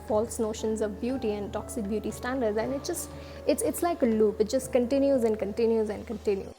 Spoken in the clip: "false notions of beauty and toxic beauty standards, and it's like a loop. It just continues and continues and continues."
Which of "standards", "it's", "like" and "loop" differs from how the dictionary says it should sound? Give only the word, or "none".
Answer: none